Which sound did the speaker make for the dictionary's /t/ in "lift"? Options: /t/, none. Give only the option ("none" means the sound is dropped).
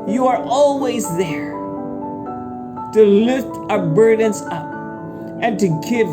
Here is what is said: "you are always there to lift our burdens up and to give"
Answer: /t/